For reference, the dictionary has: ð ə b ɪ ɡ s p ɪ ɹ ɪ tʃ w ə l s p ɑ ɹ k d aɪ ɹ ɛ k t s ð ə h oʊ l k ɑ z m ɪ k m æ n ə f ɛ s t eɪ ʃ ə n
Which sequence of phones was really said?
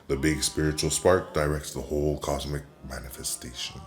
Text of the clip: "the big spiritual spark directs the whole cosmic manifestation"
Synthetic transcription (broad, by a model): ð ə b ɪ ɡ s p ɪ ɹ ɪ tʃ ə l s p ɑ ɹ k d aɪ ɹ ɛ k t s ð ə h oʊ l k ɑ z m ɪ k m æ n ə f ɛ s t eɪ ʃ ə n